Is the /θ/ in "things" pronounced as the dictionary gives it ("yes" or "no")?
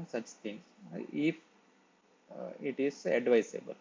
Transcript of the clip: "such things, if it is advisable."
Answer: no